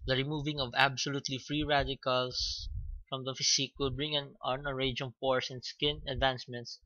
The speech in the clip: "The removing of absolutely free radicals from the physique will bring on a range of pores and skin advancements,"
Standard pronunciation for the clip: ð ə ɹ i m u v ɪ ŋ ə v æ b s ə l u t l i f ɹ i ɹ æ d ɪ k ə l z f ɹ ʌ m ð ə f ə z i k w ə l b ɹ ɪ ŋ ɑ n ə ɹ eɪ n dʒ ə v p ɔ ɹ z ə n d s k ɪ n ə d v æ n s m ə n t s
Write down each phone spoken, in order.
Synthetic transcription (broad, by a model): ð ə ɹ i m u v ɪ ŋ ə v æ b s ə l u t l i f ɹ i ɹ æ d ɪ k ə l s f ɹ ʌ m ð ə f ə s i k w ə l b ɹ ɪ ŋ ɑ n ə ɹ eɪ dʒ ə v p ɔ ɹ s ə n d s k ɪ n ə d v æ n s m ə n t s